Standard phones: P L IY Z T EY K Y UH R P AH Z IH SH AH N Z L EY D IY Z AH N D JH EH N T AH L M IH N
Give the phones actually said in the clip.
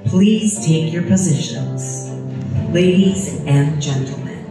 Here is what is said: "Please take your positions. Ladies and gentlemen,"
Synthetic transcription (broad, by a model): P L IY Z T EY K Y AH R P AH Z IH SH AH N Z L EY D IY Z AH N JH EH N T L M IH N